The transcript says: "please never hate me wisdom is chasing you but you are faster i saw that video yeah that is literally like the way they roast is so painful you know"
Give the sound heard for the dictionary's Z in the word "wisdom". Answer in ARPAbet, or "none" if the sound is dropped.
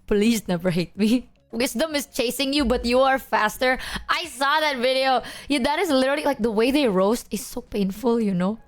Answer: S